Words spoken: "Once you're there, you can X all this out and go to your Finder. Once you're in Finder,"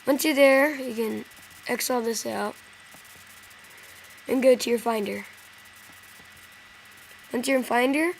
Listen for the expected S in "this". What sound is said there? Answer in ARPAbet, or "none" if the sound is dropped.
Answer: S